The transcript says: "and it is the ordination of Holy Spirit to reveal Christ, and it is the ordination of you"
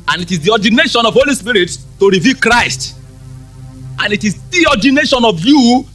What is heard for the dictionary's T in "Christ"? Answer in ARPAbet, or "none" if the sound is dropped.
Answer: T